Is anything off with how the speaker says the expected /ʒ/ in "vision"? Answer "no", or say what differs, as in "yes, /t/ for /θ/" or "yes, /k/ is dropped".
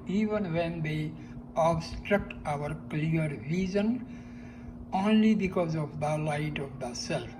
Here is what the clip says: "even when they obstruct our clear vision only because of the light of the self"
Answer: yes, /z/ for /ʒ/